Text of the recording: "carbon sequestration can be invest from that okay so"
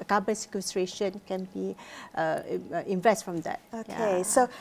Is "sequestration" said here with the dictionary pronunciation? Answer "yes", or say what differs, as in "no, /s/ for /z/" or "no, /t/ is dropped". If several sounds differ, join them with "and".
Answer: yes